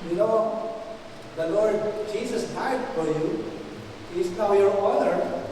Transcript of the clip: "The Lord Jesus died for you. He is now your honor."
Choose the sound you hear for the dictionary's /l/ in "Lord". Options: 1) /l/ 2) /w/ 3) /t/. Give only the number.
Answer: 1